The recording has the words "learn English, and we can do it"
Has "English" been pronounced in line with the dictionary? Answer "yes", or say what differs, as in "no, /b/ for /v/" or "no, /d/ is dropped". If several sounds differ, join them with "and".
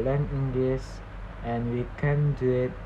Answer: no, /s/ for /ʃ/